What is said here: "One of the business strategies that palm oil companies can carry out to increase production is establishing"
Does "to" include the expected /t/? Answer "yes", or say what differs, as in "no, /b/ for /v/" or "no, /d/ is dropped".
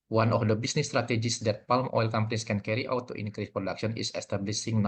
yes